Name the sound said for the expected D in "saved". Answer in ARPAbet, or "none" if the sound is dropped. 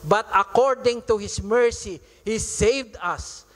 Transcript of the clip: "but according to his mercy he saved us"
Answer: D